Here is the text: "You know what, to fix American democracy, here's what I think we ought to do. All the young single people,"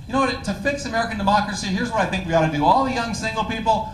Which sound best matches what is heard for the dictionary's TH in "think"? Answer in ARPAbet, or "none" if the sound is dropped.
TH